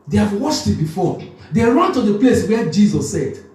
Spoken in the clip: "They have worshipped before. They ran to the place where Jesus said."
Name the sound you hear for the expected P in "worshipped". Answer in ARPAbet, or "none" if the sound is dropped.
none